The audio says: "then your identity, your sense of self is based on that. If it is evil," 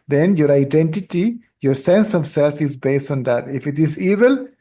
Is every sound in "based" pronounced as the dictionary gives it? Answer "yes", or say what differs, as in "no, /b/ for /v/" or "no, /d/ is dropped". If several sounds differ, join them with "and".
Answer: yes